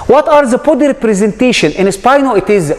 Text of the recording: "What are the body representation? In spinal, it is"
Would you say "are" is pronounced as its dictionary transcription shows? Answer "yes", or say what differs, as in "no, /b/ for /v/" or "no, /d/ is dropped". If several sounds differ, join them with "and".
yes